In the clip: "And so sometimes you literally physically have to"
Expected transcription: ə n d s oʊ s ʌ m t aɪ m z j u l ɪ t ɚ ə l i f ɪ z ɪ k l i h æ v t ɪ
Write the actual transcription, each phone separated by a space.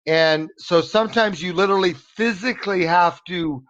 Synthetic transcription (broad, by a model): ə n s oʊ s ʌ m t aɪ m z j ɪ l ɪ t ɚ l i f ɪ z ɪ k l i h æ f t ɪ